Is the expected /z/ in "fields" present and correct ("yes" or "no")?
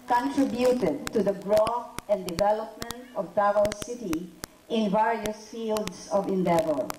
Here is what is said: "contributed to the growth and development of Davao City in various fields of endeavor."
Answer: no